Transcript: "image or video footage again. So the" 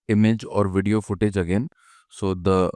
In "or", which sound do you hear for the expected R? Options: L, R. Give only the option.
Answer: R